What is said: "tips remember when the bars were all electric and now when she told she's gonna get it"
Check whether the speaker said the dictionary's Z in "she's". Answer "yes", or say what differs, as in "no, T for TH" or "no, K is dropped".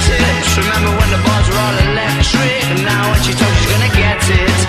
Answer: yes